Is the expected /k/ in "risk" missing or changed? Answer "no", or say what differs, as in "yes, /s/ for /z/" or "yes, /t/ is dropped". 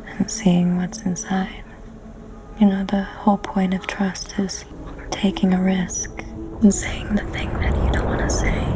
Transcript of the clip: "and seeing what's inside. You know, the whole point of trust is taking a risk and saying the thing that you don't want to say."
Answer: no